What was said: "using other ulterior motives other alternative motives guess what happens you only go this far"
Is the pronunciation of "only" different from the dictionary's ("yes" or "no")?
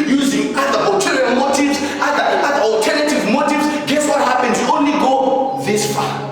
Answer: no